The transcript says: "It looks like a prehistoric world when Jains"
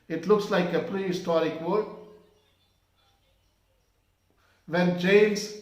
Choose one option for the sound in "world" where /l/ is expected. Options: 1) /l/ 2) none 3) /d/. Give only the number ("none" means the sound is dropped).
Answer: 2